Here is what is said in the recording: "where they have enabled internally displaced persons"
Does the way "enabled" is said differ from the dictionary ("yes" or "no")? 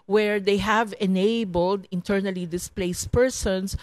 no